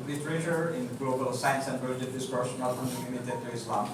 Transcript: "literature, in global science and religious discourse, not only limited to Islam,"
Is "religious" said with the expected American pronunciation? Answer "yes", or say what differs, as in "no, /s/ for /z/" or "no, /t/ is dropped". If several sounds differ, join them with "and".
no, /s/ is dropped